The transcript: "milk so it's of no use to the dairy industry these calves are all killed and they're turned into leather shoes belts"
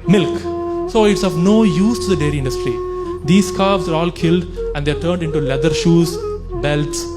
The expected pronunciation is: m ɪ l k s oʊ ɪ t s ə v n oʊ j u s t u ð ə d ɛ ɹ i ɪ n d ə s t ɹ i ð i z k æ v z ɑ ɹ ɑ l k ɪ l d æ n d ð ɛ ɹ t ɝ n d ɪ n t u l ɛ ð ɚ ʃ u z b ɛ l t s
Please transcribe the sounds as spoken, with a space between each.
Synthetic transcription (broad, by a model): m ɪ l k s oʊ ɪ t s ə v n oʊ j u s t u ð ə d ɛ ɹ i ɪ n d ə s t ɹ i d i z k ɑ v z ɑ ɹ ɑ l k ɪ l d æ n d ɛ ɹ t ɝ n d ɪ n t u l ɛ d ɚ ʃ u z b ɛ l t s